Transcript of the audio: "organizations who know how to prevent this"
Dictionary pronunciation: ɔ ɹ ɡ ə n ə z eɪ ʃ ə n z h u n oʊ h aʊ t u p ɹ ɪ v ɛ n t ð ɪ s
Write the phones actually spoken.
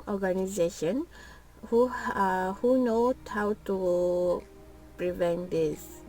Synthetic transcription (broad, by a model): ɔ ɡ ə n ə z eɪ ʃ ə n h h u n oʊ h aʊ t u p ɹ ɪ v ɛ n t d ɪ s